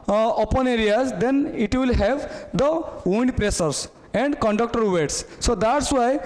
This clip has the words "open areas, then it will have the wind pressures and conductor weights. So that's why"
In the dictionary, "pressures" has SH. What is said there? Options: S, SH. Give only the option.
S